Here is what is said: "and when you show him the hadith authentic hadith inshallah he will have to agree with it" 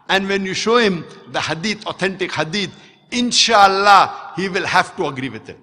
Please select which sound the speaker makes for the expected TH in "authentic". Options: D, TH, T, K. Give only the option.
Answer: T